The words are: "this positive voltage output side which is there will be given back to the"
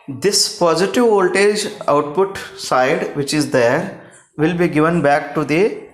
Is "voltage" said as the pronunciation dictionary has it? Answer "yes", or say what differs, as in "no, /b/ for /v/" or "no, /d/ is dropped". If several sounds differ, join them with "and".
yes